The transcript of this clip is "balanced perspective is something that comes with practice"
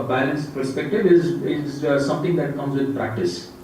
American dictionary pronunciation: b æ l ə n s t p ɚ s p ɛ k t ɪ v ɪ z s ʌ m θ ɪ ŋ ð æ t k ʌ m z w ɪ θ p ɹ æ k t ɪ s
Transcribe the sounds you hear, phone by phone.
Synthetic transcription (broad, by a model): b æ l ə n s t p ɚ s p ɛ k t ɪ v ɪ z s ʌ m t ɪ ŋ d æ t k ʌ m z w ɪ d p ɹ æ k t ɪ s